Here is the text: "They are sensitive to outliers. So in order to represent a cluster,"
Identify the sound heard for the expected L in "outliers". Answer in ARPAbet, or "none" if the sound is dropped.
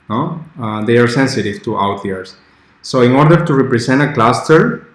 none